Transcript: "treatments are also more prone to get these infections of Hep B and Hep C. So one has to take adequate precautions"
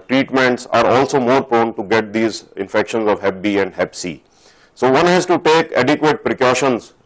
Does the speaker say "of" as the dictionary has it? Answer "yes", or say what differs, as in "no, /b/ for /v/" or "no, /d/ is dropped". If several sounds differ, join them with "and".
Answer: yes